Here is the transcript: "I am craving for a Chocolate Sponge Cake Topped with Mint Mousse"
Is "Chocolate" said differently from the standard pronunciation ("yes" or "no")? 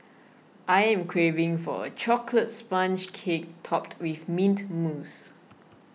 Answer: no